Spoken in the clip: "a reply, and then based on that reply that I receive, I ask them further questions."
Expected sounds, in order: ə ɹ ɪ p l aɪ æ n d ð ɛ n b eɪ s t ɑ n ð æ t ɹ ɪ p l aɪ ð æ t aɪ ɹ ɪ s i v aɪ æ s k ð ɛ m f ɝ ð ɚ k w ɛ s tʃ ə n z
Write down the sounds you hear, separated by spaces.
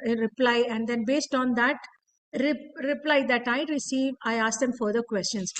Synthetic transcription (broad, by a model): ɹ ɪ p l aɪ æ n d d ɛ n b eɪ s t ɑ n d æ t ɹ ɪ p l aɪ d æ t aɪ ɹ ɪ s i v aɪ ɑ s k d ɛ m f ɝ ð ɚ k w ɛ s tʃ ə n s